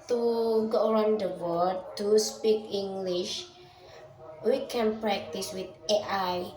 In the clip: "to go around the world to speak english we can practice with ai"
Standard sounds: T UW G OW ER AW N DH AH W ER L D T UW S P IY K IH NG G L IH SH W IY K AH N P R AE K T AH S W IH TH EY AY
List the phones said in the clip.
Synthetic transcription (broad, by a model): T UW G OW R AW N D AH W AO D T UW S P IY K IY NG G L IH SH W IY K AH N P R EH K T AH S W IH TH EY AY